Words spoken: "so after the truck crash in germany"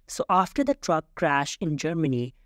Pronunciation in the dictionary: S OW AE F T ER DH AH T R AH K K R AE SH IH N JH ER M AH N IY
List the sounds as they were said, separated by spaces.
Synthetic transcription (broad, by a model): S OW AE F T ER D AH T R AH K K R AE SH IH N JH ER M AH N IY